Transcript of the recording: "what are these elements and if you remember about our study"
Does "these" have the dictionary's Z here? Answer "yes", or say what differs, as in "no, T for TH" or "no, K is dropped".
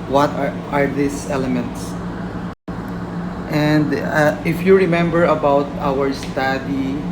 no, S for Z